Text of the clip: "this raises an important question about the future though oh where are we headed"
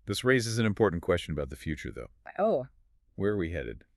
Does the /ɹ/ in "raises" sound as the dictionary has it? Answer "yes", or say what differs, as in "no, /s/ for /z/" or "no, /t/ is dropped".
yes